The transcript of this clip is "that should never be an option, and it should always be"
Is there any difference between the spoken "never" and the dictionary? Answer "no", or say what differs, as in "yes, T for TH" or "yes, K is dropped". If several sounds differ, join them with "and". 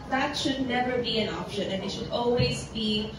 no